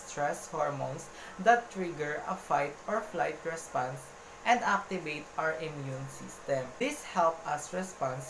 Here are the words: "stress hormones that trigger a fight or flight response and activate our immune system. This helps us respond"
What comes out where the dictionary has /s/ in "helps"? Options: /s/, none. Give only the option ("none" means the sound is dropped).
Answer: none